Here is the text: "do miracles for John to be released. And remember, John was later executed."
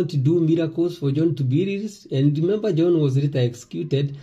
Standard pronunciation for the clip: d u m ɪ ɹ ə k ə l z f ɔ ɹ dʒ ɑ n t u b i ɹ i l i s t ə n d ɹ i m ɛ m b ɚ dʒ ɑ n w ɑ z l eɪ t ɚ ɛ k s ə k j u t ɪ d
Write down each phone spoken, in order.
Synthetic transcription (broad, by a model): d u m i ɹ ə k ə l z f ɔ ɹ dʒ ɑ n t u b i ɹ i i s ə n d ɹ i m ɛ m b ɚ dʒ ɑ n w ɑ z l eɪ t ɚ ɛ k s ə k j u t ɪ d